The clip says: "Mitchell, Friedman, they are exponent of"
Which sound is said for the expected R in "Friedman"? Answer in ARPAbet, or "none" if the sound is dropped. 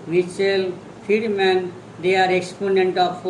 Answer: none